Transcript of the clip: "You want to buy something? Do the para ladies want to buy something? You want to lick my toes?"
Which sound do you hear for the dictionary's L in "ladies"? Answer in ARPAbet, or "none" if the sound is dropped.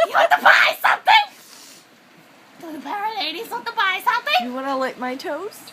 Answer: N